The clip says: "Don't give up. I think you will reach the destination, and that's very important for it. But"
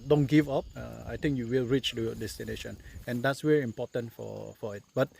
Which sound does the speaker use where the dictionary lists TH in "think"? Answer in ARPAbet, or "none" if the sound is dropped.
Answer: T